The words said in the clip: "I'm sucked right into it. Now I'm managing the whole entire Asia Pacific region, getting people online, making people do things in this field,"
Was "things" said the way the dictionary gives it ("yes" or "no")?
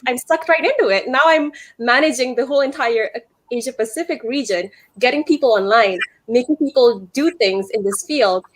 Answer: yes